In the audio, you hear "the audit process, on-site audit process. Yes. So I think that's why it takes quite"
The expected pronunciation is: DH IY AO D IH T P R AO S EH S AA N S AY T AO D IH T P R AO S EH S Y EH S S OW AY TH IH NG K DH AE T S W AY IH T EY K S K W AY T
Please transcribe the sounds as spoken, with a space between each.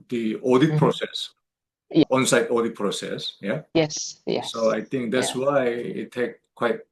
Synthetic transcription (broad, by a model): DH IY AO D IH T P R AO S EH S AA N S AY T AO D IH T P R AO S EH S Y EH S S OW AY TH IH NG K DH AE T S W AY IH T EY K K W AY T